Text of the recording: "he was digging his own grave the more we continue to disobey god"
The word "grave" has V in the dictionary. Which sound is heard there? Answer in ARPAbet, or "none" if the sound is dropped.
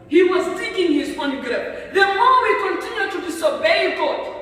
P